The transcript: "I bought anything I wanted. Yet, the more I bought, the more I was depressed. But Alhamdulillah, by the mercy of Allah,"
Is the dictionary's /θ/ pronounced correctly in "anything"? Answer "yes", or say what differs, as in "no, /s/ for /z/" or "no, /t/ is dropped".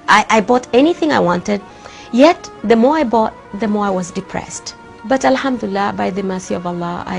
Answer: yes